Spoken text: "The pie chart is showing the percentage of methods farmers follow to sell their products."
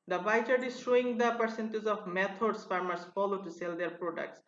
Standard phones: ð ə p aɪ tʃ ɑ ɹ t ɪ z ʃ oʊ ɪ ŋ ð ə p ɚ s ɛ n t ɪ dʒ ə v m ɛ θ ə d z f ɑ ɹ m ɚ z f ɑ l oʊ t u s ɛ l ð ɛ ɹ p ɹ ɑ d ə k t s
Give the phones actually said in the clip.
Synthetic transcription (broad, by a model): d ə b aɪ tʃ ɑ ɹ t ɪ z ʃ oʊ ɪ ŋ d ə p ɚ s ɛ n t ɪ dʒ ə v m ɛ t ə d s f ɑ ɹ m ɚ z f ɑ l oʊ t u s ɛ l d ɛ ɹ p ɹ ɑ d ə k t s